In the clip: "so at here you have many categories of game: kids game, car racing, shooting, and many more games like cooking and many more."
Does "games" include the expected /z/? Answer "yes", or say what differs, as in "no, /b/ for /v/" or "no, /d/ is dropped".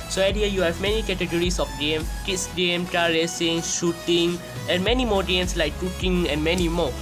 no, /s/ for /z/